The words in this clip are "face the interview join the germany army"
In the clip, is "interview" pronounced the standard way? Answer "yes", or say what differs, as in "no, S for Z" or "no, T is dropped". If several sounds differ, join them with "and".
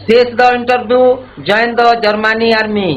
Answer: no, B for V